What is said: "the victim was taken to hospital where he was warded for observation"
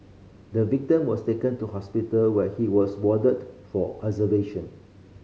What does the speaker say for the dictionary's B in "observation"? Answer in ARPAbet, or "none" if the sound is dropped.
none